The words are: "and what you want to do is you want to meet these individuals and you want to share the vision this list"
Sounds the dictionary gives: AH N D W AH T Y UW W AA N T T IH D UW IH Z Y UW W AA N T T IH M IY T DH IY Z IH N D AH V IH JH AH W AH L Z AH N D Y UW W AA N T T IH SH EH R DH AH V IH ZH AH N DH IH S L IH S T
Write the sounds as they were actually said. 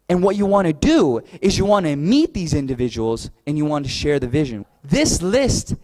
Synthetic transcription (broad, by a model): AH N W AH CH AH W AA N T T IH D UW IH Z Y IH W AA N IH M IY T DH IY Z IH N D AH V IH JH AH W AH L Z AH N Y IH W AA N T T IH SH EH R DH AH V IH ZH AH N DH IH S L IH S T